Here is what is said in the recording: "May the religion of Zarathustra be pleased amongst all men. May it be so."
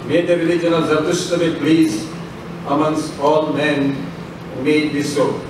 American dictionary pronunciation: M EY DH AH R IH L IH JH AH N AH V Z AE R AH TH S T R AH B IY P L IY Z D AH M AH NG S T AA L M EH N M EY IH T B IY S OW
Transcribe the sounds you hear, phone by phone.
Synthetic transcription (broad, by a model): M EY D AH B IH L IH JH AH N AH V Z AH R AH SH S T AH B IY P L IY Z AH M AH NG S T AA L M EH N M EY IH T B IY S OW